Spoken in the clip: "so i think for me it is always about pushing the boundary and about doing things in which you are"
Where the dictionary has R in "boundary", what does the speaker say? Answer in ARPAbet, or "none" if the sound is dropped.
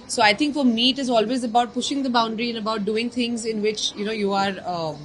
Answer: R